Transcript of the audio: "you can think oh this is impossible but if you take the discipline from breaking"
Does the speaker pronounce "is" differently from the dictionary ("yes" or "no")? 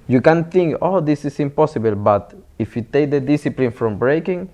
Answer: yes